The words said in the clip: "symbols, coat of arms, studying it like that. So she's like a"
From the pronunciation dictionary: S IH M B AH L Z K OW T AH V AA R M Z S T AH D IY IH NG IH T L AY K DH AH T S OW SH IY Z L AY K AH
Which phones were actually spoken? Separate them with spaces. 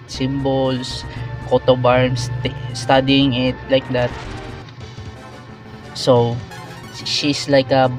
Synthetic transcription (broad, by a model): S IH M B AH L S K OW T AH B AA R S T S T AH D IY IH NG IH T L AY K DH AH T S OW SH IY S L AY K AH